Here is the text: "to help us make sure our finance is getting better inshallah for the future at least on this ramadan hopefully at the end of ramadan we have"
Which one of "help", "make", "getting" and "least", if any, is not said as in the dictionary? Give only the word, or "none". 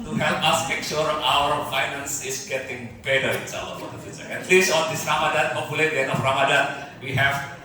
least